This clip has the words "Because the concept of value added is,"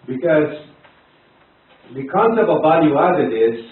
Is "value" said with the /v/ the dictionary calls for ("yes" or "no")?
no